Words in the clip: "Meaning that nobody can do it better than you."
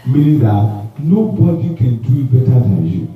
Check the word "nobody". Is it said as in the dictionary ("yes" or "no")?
yes